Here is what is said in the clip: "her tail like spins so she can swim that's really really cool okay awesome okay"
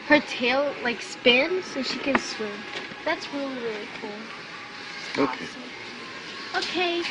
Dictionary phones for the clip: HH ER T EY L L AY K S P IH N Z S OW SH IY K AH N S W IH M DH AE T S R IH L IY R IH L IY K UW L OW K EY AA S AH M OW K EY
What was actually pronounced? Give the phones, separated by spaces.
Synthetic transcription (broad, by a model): HH ER T EY L L AY K S P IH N S OW SH IY K AH N S W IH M DH AE T S R IH L IY R IH L IY K UW L OW K EY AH OW K EY